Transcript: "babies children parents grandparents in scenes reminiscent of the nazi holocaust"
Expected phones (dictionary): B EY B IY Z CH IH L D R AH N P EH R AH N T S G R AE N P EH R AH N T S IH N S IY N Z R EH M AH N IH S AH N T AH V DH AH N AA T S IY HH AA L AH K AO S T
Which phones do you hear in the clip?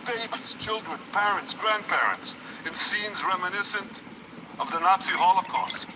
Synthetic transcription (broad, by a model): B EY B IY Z CH IH L D R AH N P EH R AH N T S G R AE N P EH R AH N T S IH N S IY N Z R EH M AH N IH S AH N T AH V DH AH N AA T S IY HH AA L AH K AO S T